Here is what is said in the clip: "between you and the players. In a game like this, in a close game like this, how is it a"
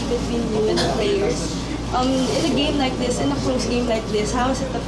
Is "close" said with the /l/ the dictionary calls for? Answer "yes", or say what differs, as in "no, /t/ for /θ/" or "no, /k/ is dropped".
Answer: no, /l/ is dropped